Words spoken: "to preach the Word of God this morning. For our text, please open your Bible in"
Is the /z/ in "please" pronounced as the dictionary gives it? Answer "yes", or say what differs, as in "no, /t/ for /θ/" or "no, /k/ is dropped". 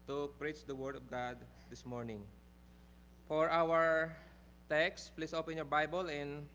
no, /s/ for /z/